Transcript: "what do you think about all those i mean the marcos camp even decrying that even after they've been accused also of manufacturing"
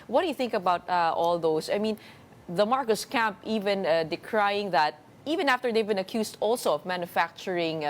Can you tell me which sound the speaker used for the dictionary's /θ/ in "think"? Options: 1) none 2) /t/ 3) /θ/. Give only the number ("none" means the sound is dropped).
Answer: 3